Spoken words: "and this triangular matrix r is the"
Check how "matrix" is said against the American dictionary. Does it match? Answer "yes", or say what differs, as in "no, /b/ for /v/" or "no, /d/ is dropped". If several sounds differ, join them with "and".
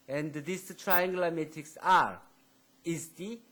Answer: no, /ɹ/ is dropped